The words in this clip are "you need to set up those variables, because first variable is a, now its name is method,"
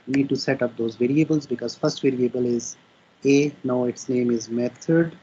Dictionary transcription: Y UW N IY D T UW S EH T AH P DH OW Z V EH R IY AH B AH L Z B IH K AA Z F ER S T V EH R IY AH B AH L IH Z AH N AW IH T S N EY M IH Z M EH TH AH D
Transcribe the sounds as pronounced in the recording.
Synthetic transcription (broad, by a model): N IY D T UW S EH T AH P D OW Z V EH R IY AH B AH L Z B IH K AA Z F ER S T V EH R IY AH B AH L IH Z AH N AW IH T S N EY M IH Z M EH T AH D